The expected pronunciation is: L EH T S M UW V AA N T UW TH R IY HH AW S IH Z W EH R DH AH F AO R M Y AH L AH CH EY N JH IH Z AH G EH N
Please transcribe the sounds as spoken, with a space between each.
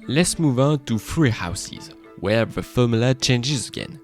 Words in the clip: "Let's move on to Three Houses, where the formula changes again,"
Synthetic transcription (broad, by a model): L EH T S M UW V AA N T UW F R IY HH AW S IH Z W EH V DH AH F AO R M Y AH L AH CH EY N JH IH Z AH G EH N